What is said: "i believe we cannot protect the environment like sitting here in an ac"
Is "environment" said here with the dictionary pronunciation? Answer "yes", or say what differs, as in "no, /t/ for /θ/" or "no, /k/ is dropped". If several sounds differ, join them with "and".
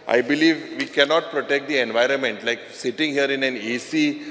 yes